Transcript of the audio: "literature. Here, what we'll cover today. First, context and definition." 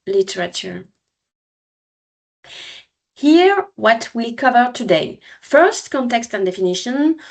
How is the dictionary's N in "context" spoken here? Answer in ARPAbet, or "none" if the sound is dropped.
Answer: N